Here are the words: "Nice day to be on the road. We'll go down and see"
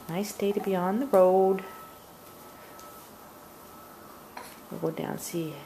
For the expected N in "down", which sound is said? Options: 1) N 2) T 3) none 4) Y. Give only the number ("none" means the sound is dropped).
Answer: 3